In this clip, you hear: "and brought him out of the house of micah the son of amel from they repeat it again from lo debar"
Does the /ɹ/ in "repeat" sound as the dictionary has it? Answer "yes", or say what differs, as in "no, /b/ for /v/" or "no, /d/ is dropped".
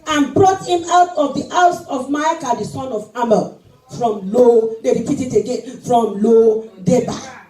yes